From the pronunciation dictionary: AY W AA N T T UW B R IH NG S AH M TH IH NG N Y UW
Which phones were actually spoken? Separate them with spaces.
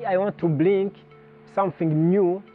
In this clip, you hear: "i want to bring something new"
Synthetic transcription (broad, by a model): AY W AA N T T UW B L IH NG S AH M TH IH NG N Y UW